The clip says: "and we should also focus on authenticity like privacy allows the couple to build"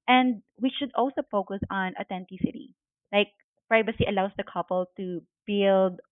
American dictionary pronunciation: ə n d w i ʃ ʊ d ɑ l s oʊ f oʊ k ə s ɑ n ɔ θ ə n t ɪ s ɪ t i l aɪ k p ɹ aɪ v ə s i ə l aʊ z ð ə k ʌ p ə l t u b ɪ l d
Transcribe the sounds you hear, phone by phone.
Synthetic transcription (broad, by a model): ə n d w i ʃ ʊ d ɑ l s oʊ f oʊ k ə s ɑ n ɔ t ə n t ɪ s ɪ t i l aɪ k p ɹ aɪ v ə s i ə l aʊ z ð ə k ʌ p ə l t u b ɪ l d